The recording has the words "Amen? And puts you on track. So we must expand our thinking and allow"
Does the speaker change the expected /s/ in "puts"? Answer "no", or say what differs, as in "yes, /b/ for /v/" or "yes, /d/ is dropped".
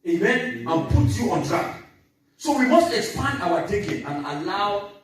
yes, /s/ is dropped